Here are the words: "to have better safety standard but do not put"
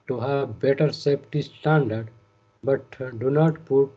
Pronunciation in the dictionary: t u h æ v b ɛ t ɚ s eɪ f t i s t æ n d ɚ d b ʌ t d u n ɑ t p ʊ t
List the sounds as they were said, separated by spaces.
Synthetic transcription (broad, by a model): t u h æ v b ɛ t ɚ s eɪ p t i s t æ n d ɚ d b ʌ t d u n ɑ t p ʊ t